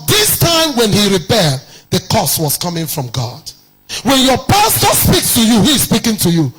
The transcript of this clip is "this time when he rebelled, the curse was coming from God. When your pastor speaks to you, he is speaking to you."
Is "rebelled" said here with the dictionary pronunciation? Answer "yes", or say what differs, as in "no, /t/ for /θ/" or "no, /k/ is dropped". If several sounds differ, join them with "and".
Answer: no, /l/ is dropped